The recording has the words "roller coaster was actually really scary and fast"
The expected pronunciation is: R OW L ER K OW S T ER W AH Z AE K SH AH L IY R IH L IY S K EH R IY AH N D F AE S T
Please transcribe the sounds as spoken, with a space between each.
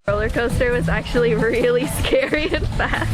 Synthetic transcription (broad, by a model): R OW L ER K OW S T ER W AH Z AE K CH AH L IY R IH L IY S K EH R IY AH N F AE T